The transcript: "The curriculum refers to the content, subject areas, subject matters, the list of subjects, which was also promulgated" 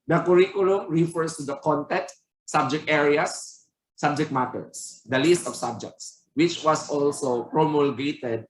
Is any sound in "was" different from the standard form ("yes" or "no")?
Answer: yes